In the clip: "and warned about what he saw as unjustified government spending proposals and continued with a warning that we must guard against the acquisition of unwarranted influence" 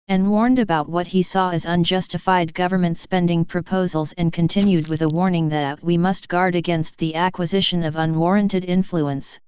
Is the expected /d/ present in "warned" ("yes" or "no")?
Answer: yes